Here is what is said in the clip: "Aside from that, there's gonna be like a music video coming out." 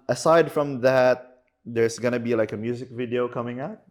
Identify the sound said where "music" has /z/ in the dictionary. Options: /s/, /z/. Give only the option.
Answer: /z/